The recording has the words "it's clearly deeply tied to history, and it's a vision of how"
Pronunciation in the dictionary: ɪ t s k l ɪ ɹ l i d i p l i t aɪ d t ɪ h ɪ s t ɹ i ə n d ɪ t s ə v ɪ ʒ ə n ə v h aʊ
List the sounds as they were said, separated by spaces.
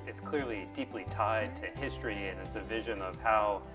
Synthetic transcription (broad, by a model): ɪ t s k l ɪ ɹ l i d i p l i t aɪ d t ɪ h ɪ s t ɹ i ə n ɪ t s ə v ɪ ʒ ə n ə v h aʊ